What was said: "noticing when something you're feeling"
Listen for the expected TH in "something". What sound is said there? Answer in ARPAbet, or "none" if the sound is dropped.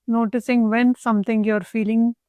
T